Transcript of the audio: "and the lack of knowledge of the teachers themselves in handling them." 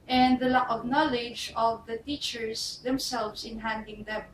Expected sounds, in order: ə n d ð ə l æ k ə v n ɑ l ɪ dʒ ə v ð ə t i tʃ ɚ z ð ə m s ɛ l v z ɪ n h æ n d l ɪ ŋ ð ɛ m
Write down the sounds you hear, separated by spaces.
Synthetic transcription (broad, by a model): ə n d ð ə l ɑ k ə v n ɑ l ɪ dʒ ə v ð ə t i tʃ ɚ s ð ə m s ɛ l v s ɪ n h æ n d ɪ ŋ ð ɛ m